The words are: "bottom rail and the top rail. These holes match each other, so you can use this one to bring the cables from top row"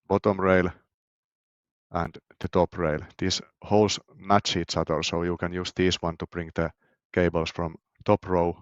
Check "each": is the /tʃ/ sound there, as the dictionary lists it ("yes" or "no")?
no